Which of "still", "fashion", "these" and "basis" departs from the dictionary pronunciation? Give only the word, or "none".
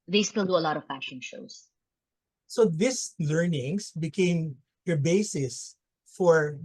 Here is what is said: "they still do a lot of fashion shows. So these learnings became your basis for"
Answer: these